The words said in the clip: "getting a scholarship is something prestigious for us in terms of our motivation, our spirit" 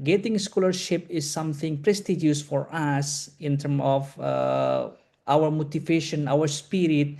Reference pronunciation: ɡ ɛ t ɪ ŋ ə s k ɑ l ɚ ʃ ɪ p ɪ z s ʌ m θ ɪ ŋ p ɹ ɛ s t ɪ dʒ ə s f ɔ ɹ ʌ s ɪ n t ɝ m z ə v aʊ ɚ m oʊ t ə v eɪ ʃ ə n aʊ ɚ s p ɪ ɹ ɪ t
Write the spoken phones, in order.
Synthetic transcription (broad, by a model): ɡ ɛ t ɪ ŋ s k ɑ l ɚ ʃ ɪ p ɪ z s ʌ m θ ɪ ŋ p ɹ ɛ s t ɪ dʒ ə s f ɔ ɹ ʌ s ɪ n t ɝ m ə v aʊ ɚ m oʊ t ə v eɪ ʃ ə n aʊ ɚ s p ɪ ɹ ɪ t